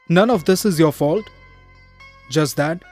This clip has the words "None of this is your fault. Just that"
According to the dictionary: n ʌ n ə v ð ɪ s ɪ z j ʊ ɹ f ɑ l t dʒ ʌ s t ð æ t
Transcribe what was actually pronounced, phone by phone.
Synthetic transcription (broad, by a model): n ʌ n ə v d ɪ s ɪ z j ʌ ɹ f ɑ l t dʒ ʌ s t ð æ t